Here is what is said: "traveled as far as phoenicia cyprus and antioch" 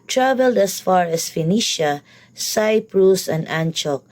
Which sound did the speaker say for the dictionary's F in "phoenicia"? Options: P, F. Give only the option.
F